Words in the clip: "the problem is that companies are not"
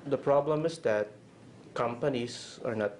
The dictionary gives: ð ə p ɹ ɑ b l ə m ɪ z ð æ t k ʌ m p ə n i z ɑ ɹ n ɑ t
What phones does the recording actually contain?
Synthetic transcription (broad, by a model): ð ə p ɹ ɑ b l ə m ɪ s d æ t k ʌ m p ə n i s ɑ ɹ n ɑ t